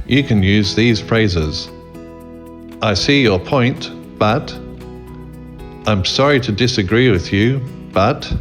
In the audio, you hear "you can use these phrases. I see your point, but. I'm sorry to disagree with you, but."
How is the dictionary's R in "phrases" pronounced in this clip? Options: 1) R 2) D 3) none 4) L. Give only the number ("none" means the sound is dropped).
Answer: 1